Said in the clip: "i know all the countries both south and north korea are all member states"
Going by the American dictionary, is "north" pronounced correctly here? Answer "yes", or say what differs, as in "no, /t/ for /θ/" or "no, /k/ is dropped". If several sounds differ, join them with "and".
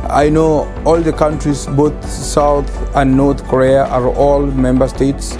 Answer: no, /t/ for /θ/